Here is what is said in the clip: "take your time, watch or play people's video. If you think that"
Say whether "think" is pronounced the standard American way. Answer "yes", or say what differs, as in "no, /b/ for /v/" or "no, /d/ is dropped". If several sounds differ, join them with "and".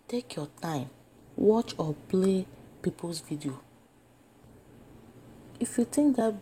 no, /t/ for /θ/